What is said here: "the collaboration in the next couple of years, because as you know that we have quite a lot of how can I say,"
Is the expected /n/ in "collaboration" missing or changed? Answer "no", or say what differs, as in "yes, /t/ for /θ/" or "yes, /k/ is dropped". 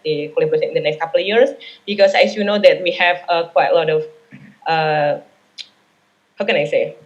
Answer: yes, /n/ is dropped